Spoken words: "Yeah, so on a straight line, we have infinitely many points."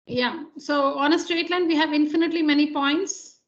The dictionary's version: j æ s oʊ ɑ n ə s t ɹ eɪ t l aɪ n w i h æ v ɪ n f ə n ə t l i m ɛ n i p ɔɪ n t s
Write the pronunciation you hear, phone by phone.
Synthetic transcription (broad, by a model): j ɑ s oʊ ɑ n ə s t ɹ eɪ t l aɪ n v i h æ v ɪ n f ə n ə t l i m ɛ n i p ɔɪ n t s